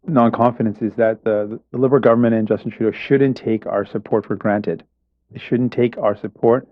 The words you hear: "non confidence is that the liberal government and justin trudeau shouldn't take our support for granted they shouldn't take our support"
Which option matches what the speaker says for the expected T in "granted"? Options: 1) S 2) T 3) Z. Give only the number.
2